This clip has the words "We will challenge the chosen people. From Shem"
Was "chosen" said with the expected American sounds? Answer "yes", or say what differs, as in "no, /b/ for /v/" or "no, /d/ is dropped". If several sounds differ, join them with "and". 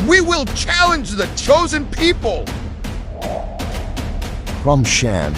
yes